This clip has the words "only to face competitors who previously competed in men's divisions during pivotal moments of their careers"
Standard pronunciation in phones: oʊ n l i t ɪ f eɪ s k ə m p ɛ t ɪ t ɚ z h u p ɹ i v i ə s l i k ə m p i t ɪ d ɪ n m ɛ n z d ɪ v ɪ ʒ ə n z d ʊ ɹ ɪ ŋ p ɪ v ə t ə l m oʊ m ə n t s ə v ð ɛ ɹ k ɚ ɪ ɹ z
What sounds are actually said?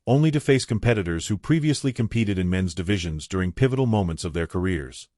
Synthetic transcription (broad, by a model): oʊ n l i t ɪ f eɪ s k ə m p ɛ t ɪ t ɚ z h u p ɹ i v i ə s l i k ə m p i t ɪ d ɪ n m ɛ n z d ɪ v ɪ ʒ ə n z d ʊ ɹ ɪ ŋ p ɪ v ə t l m oʊ m ə n t s ə v ð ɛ ɹ k ɚ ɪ ɹ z